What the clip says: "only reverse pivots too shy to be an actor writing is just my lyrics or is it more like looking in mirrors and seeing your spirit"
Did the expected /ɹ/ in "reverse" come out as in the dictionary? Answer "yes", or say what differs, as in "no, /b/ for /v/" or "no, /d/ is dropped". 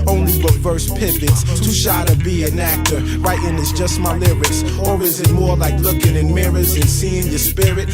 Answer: no, /w/ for /ɹ/